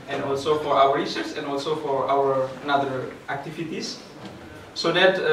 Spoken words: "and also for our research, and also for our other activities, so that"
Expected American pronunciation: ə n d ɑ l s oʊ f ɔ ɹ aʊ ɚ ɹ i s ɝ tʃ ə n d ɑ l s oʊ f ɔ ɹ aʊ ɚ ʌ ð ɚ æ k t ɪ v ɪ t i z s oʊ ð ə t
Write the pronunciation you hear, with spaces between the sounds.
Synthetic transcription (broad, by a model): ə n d ɑ l s oʊ f ɔ ɹ aʊ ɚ ɹ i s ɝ s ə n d ɑ l s oʊ f ɔ ɹ aʊ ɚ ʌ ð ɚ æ k t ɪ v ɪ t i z s oʊ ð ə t